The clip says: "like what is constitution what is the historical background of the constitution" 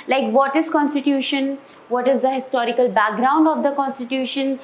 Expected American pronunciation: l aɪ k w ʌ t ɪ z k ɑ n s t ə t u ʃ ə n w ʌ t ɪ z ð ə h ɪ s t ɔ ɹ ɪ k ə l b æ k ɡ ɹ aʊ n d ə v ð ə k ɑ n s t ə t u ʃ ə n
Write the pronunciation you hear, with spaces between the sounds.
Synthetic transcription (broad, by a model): l aɪ k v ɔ t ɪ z k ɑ n s t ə t u ʃ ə n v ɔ t ɪ z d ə h ɪ s t ɔ ɹ ɪ k ə l b æ k ɡ ɹ aʊ n d ə v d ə k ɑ n s t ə t u ʃ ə n